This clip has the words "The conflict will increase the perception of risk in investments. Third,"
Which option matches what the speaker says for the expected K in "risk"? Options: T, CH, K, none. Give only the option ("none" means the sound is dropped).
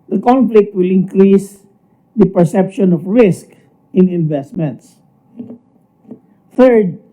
K